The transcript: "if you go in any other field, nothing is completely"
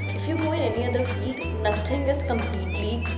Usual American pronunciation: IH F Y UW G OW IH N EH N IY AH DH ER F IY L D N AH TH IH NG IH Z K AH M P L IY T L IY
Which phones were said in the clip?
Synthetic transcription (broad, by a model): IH F Y UW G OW IH N EH N IY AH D ER F IY L D N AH T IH NG IH Z K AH M P L IY T L IY